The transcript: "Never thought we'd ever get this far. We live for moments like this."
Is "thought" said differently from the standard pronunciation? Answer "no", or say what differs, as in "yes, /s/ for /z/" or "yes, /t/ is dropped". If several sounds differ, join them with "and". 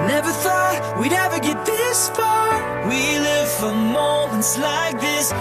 no